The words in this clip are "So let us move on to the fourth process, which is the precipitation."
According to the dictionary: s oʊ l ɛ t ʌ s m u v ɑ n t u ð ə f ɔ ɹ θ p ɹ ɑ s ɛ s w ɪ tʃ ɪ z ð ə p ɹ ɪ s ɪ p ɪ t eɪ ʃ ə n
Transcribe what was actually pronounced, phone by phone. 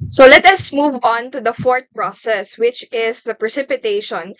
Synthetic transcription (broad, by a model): s oʊ l ɛ t ʌ s m u v ɑ n t u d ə f ɔ ɹ t p ɹ ɑ s ɛ s w ɪ tʃ ɪ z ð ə p ɹ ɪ s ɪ p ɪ t eɪ ʃ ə n